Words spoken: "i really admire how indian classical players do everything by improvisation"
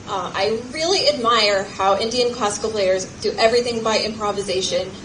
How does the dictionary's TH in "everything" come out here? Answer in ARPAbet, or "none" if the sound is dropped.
TH